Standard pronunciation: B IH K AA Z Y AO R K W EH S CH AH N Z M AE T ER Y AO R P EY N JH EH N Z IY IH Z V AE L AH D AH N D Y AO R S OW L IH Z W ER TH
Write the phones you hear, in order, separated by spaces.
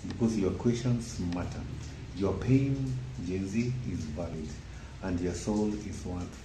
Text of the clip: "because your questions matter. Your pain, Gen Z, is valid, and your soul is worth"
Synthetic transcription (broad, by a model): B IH K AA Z Y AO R K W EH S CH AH N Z M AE T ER Y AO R P EY N JH EH N Z IY IH Z V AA L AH D AH N D Y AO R S OW L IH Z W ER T